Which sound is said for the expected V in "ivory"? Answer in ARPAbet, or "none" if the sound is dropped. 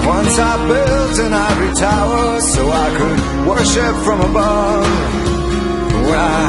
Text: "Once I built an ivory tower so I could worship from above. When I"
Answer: none